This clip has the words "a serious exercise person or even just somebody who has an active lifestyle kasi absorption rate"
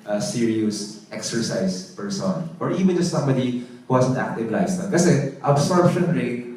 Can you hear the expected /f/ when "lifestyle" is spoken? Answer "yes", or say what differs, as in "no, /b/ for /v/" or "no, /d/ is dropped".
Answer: no, /f/ is dropped